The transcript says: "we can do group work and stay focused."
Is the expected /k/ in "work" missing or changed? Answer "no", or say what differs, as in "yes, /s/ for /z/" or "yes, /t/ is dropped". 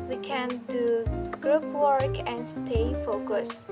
no